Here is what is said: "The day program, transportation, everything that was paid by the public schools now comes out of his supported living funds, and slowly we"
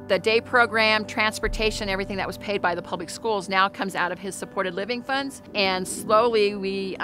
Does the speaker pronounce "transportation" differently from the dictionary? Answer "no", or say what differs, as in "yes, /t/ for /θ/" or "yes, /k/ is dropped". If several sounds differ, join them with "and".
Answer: no